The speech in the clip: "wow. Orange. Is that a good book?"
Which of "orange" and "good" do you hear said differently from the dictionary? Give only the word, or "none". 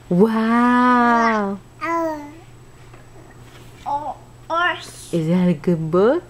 orange